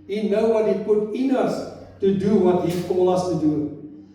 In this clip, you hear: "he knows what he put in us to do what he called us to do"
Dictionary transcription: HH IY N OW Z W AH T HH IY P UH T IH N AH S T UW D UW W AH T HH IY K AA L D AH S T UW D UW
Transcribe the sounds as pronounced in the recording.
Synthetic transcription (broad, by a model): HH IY N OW W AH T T P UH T IH N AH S T UW D UW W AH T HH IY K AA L AH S T UW D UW